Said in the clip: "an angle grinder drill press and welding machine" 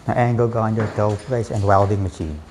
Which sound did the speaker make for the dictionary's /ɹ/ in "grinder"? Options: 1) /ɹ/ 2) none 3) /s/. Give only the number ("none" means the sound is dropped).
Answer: 2